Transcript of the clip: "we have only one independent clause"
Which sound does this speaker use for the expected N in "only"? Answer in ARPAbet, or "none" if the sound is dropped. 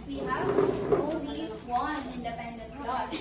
none